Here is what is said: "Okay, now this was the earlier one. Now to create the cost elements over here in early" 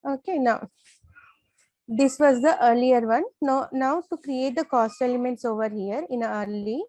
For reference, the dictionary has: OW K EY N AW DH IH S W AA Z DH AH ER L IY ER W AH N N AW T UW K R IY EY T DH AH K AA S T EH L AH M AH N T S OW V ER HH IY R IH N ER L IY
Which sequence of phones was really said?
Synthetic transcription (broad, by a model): OW K EY N AW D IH S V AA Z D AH ER L IY ER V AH N N AW T UW K R IY EY T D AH K AA S T EH L AH M AH N T S OW V ER HH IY R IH N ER L IY